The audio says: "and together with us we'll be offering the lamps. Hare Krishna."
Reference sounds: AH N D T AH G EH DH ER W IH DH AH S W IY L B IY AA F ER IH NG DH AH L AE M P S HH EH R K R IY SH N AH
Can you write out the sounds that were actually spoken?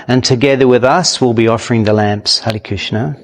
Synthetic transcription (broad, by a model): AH N T AH G EH DH ER W IH DH AH S W IY L B IY AA F ER IH NG DH AH L AE M P S HH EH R K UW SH N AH